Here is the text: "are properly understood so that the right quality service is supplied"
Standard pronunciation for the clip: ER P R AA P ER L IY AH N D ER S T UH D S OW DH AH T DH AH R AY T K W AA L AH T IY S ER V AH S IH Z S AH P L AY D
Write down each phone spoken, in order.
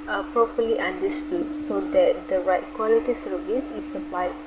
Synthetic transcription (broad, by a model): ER P R AA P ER L IY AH N D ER S T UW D S OW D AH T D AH R AY T K W AA L AH T IY S ER V AH S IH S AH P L AY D